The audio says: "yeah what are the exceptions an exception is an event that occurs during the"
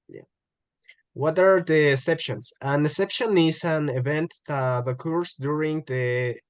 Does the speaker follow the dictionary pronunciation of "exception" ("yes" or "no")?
no